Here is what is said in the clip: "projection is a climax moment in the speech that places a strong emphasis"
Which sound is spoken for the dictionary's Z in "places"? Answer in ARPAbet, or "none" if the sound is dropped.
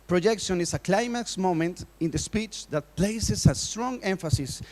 S